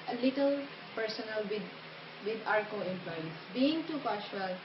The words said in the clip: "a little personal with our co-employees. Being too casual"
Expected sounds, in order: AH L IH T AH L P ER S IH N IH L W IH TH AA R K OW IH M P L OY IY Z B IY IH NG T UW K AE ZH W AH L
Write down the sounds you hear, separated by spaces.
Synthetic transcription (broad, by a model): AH L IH T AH L P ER S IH N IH L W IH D AA R K OW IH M P L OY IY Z B IY IH NG T UW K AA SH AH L